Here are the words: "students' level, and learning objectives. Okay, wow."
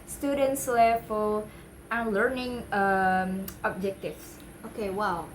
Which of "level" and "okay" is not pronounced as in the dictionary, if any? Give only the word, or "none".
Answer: level